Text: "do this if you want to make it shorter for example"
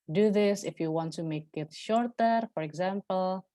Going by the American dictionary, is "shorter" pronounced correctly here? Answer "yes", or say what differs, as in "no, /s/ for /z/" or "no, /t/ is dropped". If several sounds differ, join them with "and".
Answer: yes